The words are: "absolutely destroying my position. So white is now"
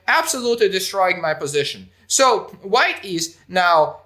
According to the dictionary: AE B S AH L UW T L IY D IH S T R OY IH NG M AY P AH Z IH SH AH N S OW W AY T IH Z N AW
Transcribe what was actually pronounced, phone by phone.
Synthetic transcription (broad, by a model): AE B S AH L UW T L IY D IH S T R OY IH NG M AY P AH Z IH SH AH N S OW W AY T IH Z N AW